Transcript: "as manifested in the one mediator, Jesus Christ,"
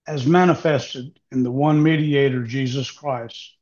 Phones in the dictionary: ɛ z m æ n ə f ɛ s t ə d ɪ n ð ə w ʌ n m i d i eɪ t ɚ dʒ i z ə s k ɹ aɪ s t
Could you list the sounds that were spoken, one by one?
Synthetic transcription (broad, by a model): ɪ z m æ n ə f ɛ s t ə d ɪ n ð ə w ʌ n m i d i eɪ t ɚ dʒ i z ə s k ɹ aɪ s t